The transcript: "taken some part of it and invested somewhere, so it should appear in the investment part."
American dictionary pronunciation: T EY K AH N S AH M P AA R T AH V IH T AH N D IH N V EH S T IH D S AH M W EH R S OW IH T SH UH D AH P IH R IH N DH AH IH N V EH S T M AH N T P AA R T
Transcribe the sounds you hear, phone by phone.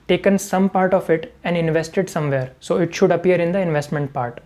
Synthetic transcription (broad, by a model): T EY K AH N S AH M P AA R T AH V IH T AH N D IH N V EH S T IH D S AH M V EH R S OW IH T SH UH D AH P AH R IH N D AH IH N V EH S T M AH N T P AA R T